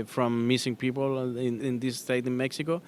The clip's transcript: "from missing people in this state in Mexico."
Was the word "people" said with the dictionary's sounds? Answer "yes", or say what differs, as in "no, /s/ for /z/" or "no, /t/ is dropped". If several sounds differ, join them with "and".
no, /n/ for /l/